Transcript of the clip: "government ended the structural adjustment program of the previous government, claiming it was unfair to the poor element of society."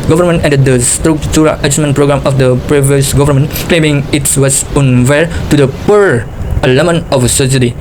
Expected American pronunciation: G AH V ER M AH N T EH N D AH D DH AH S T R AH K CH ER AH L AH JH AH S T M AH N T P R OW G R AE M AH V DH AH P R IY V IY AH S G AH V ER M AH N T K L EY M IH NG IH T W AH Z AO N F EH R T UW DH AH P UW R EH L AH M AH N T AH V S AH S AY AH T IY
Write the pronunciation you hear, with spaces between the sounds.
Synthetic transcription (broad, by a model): G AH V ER M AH N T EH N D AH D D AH S T R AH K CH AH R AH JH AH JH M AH N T P R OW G R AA M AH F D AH P R IY V IY AH S G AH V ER M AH N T K L EY M IH NG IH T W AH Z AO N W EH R T UW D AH P UW R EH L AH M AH N AH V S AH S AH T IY